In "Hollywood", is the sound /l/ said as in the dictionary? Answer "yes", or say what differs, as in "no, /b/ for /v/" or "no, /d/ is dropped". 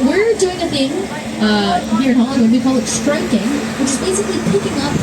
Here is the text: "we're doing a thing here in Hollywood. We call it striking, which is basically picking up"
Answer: no, /l/ is dropped